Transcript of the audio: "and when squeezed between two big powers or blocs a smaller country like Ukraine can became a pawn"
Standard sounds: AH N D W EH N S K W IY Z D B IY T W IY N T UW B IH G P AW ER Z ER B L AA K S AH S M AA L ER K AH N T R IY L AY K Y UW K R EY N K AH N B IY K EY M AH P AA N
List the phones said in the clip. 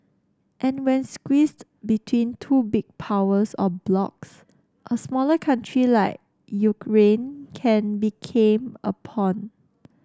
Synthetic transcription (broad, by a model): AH N W EH N S K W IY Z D B IY T W IY N T UW B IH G P AW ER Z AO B L AA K S AH S M AA L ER K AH N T R IY L AY K Y UW K R EY N K AH N B IY K EY M AH P AA N